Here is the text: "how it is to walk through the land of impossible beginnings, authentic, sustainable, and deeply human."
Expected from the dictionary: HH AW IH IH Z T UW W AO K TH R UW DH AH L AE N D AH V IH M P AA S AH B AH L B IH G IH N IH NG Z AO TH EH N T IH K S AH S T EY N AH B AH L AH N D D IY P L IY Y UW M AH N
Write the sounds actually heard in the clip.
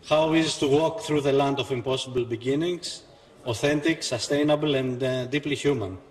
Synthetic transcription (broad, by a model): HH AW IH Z T UW W AO K TH R UW DH AH L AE N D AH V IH M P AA S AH B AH L B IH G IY N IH NG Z AO TH EH N T IH K S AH S T EY N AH B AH L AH N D D IY P L IY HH UW M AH N